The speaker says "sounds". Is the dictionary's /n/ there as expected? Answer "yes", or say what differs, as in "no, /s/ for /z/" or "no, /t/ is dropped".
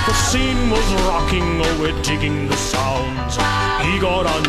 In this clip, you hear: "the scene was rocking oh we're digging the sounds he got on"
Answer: yes